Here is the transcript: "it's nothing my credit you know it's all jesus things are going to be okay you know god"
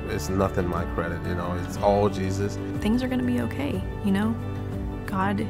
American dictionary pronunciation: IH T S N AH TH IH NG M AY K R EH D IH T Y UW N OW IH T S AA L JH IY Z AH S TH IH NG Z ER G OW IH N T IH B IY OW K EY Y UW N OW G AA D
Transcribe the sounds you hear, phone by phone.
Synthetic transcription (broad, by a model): IH T S N AH TH IH NG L AY K R EH D IH T Y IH N OW IH T S AA L JH IY Z AH S TH IH NG Z ER G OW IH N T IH B IY OW K EY Y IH N OW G AA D